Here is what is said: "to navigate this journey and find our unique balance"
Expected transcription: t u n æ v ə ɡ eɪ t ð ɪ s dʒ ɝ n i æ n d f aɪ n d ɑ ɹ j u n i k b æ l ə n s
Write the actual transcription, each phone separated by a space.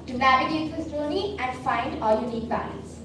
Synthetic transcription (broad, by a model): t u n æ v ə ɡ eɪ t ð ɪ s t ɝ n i æ n d f aɪ n d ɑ l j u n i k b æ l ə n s